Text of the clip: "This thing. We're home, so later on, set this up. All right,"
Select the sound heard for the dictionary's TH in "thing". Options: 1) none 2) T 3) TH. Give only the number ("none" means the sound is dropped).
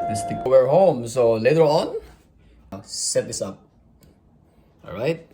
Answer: 2